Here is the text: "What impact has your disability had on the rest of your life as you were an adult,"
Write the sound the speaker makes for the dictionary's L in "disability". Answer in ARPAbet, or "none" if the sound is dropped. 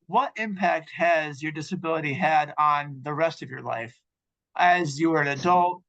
L